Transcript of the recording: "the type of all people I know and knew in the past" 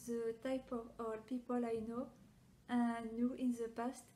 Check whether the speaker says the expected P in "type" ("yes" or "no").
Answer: yes